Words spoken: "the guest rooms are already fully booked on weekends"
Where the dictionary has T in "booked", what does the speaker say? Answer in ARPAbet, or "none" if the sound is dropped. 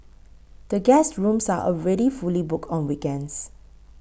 none